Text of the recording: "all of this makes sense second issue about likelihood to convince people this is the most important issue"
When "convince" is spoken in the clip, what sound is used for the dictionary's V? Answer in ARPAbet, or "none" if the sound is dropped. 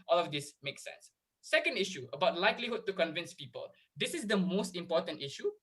V